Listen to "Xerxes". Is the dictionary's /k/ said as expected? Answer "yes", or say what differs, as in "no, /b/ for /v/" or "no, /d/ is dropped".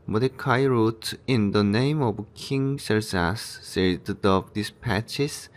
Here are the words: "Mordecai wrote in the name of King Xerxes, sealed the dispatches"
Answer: no, /k/ is dropped